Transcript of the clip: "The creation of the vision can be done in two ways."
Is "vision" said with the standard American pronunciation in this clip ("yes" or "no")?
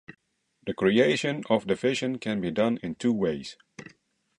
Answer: no